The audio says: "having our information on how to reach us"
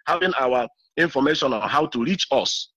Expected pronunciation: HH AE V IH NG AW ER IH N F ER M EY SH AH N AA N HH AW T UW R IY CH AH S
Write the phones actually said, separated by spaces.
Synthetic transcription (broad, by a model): HH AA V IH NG AW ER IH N F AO M EY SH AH N AA N HH AW T UW R IY CH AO S